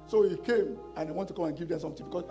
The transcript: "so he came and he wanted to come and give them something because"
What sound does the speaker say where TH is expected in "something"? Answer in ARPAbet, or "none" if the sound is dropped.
T